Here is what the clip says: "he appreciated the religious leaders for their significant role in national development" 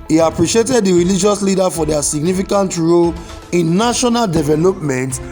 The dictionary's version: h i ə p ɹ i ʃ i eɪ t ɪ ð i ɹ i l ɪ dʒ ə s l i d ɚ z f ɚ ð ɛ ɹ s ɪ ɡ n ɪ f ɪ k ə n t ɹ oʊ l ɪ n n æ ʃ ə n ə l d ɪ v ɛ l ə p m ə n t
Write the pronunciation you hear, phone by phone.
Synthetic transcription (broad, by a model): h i ə p ɹ i ʃ i eɪ t ɪ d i ɹ i l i dʒ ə s l i d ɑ f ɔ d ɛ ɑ s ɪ ɡ n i f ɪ k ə n t ɹ oʊ l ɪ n n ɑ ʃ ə n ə l d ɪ v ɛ l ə p m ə n t